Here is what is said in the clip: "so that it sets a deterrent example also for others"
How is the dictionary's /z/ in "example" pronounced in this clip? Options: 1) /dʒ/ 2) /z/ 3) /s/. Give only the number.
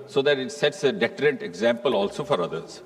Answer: 2